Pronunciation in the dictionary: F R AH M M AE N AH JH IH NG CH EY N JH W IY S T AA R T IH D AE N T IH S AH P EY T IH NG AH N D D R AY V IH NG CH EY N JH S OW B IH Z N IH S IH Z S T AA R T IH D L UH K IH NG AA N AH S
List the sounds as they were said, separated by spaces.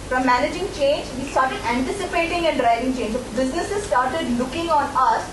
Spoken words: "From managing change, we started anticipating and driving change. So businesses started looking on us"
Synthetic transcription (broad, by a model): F R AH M M AE N AH JH IH NG CH EY N JH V IY S T AA R T IH D AE N T IH S AH P EY T IH NG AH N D D R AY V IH NG CH EY N JH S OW B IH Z N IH S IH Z S T AA R T IH D L UH K IH NG AA N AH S